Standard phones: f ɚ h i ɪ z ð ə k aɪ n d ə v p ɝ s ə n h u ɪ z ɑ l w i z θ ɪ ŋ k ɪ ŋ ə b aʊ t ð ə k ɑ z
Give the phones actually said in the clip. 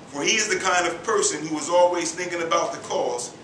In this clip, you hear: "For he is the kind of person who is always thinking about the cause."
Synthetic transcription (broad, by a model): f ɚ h i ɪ z ð ə k aɪ n d ə v p ɝ s ə n h u ɪ z ɑ l w i z θ ɪ ŋ k ɪ ŋ ə b aʊ t ð ə k ɑ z